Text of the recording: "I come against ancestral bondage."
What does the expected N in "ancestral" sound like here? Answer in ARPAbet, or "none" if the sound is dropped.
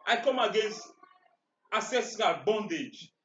none